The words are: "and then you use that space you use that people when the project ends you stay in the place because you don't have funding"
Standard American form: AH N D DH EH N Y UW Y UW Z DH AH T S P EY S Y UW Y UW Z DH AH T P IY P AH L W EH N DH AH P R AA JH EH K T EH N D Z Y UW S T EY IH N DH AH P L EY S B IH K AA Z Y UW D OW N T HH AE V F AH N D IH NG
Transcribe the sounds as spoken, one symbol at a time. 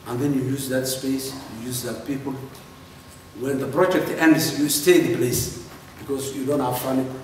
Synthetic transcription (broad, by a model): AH N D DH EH N Y UW Y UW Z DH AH T S P EY S Y UW Y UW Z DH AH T P IY P AH L W EH N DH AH P R AA JH EH K T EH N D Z Y UW S T EY IH N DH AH P L EY S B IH K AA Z Y UW D OW N T HH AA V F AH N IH